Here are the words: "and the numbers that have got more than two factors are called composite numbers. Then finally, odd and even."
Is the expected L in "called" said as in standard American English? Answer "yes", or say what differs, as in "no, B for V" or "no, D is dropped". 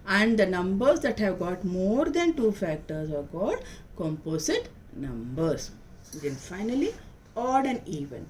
no, L is dropped